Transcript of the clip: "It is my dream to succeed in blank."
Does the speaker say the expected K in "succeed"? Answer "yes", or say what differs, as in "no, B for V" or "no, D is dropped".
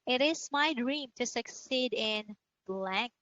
yes